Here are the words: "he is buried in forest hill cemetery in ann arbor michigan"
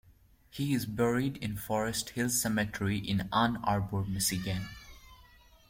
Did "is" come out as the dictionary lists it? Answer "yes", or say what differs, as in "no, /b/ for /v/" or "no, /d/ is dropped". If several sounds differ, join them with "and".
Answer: yes